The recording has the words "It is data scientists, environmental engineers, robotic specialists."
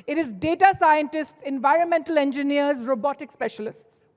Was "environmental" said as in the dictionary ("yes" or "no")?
yes